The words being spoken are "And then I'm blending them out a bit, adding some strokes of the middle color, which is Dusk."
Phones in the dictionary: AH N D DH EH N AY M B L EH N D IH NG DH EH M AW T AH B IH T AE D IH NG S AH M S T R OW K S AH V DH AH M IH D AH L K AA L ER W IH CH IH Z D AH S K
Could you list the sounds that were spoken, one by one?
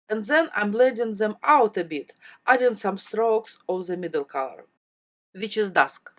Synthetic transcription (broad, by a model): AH N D DH EH N AY M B L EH D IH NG DH EH M AW T AH B IH T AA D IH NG S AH M S T R OW K S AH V DH AH M IH D AH L K AA L ER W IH CH IH Z D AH S K